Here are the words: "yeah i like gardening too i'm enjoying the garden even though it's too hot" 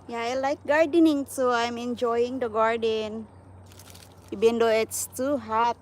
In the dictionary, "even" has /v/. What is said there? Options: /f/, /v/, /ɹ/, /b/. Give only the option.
/b/